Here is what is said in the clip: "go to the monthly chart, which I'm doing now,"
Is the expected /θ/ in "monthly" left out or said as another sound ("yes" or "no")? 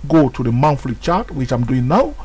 yes